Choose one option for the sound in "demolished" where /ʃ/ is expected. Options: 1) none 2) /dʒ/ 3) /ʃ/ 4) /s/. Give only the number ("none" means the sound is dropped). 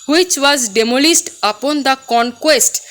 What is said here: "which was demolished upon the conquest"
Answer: 4